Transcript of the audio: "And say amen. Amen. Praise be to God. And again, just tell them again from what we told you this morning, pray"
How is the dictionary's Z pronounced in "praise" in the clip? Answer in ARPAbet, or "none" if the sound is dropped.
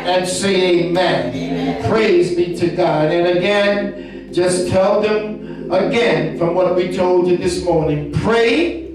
Z